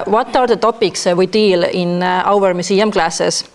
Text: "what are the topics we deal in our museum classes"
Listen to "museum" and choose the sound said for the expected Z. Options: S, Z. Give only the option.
S